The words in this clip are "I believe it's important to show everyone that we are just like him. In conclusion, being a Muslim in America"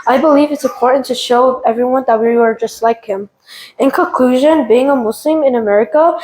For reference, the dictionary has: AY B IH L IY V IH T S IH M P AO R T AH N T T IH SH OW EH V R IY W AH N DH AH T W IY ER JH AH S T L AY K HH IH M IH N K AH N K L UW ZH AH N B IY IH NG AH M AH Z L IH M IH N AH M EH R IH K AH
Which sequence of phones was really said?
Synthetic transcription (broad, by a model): AY B IH L IY V IH T S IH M P AO R T N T T IH SH OW EH V R IY W AH N DH AH T W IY ER JH AH S T L AY K HH IH M IH N K AH N K L UW ZH AH N B IY IH NG AH M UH S L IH M IH N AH M EH R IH K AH